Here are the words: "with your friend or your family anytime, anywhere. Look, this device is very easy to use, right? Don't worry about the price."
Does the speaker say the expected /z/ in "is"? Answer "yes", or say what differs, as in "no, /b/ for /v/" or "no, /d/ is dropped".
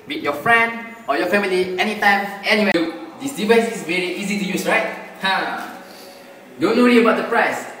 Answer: no, /s/ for /z/